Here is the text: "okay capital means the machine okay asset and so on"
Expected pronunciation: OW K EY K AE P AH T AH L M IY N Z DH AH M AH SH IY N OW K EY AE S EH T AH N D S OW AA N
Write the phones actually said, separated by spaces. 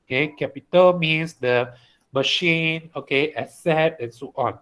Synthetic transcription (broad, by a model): K EY K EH P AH T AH L M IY N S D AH M AH SH IY N OW K EY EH S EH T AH N S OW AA N